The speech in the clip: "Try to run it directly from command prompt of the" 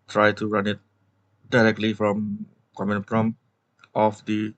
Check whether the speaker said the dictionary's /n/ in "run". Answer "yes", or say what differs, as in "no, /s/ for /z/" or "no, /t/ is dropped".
yes